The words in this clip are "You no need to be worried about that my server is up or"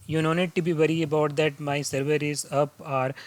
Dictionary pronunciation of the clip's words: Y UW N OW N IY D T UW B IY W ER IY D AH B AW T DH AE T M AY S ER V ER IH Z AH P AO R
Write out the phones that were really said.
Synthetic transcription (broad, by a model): Y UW N OW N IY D T UW B IY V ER IY AH B AW T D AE T M AY S ER V ER IH Z AH P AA R